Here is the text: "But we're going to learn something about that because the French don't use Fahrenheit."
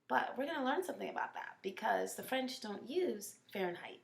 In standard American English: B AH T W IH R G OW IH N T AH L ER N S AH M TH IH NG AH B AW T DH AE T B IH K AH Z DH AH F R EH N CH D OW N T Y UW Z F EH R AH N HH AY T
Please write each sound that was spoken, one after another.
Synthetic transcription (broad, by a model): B AH T W IH R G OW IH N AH L ER N S AH M TH IH NG AH B AW T DH AE T B IH K AH Z DH AH F R EH N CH D OW N T Y UW Z F EH R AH N HH AY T